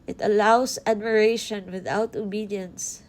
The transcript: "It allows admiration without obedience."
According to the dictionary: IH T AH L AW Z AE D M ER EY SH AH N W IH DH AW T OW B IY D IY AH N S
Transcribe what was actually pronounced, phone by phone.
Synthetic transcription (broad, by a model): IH T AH L AW S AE D M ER EY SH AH N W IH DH AW T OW B IY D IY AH N S